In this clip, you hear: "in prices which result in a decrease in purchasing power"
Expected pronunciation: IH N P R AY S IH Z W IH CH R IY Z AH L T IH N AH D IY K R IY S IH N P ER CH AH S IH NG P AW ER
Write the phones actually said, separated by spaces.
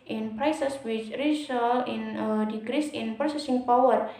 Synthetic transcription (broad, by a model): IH N P R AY S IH S W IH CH R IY S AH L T IH N AH D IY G R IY S IH N P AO S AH S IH NG P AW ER